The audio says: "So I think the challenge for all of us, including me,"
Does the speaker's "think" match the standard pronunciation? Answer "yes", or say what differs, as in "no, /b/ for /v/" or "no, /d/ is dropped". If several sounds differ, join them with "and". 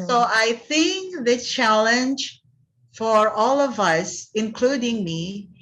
yes